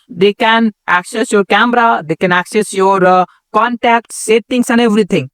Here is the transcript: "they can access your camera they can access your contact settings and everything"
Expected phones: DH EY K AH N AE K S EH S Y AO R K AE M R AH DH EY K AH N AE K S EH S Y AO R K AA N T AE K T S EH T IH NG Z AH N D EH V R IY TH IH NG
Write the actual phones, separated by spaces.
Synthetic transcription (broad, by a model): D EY K AH N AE K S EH S Y AO R K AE M R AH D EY K AH N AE K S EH S Y AO R K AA N T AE K T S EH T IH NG S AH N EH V R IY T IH NG